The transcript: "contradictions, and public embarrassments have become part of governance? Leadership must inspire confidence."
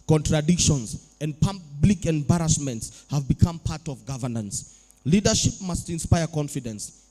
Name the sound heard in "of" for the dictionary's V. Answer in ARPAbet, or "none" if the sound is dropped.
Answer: V